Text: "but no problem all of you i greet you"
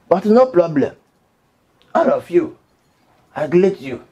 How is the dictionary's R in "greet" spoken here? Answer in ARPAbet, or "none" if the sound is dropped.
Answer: L